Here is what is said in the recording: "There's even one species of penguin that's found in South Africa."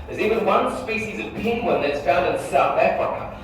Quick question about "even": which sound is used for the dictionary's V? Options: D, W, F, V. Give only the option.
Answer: W